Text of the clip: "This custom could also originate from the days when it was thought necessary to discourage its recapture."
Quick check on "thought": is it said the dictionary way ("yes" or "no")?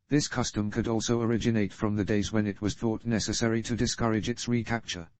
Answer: yes